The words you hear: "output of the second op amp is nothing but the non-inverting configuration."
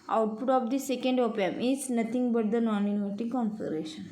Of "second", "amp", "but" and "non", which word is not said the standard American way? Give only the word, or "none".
amp